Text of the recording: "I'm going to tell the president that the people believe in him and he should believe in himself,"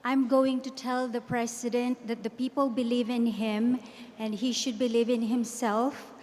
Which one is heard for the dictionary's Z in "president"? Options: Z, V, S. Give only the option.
S